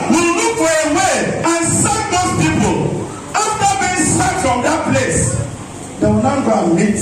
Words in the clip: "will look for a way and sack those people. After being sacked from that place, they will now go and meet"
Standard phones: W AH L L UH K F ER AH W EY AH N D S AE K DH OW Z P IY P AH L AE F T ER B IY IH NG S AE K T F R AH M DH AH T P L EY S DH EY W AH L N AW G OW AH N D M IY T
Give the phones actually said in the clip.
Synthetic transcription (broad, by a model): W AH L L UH K F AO AH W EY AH N S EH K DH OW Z P IY P AH L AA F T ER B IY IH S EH T F R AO M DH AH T P L EY S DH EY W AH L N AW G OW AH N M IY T